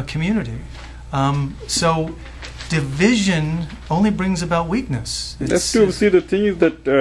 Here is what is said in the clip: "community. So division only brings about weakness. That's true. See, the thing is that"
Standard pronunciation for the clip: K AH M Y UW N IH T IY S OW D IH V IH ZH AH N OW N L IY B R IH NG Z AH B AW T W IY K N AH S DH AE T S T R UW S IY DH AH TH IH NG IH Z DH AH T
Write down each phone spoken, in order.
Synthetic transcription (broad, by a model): K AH M Y UW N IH T IY S OW D IH V IH ZH AH N OW N L IY B R IH NG Z AH B AW T W IY K N AH S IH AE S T UW S IY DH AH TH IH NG IH Z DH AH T